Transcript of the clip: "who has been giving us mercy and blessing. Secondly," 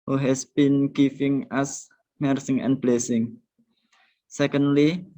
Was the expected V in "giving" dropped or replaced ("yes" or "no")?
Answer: yes